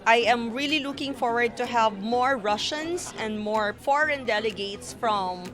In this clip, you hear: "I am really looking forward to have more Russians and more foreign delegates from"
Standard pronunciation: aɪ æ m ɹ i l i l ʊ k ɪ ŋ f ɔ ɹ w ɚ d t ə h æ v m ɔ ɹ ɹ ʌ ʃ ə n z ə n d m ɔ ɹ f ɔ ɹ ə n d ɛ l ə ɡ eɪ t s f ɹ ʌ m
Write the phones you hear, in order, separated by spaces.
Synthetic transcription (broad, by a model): aɪ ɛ m ɹ i l i l ʊ k ɪ ŋ f ɔ ɹ w ɚ d t ə h æ v m ɔ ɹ ɹ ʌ ʃ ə n s ə n d m ɔ ɹ f ɔ ɹ ə n d ɛ l ə ɡ eɪ t s f ɹ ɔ m